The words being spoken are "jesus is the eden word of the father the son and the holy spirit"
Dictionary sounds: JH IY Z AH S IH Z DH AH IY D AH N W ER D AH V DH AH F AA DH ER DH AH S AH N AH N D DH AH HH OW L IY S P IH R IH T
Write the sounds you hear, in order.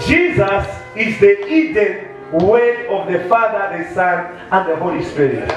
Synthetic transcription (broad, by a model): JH IY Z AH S IH Z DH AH IY D AH N W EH AH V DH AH F AA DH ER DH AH S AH N AH N D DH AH HH OW L IY S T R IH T